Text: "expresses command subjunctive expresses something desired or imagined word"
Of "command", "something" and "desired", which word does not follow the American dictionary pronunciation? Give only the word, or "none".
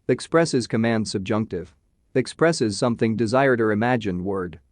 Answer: none